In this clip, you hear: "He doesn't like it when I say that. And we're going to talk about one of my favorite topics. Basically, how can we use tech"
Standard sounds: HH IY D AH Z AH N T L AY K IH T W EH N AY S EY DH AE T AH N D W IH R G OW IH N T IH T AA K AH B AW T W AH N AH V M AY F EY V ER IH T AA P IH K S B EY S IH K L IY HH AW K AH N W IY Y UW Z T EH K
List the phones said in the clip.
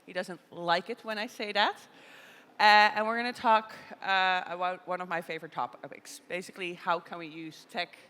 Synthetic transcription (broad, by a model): HH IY D AH Z AH N T L AY K IH T W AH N AY S EY DH AE T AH N W IH R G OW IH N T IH T AA K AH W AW W AH N AH V M AY F EY V ER IH T AA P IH K S B EY S IH K L IY HH AW K AH N W IY Y UW Z T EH K